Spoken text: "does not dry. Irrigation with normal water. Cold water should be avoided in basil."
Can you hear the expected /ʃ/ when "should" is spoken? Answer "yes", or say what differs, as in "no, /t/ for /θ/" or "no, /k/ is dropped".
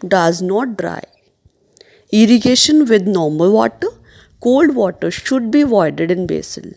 yes